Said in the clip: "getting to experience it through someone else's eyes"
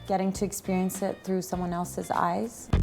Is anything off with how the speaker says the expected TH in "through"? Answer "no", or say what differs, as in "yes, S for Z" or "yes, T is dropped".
no